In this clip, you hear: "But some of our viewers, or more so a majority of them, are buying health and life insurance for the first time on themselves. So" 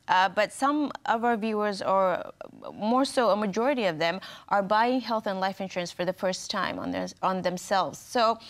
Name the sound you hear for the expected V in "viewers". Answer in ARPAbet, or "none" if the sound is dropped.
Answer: V